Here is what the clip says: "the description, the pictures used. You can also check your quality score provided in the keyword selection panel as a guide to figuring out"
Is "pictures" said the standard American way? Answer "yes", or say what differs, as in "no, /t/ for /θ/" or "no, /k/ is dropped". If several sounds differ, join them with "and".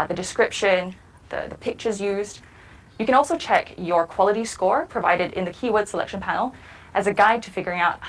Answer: yes